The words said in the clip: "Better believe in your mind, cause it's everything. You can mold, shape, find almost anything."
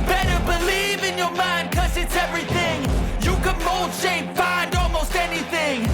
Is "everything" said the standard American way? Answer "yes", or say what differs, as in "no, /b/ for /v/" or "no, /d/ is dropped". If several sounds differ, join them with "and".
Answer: yes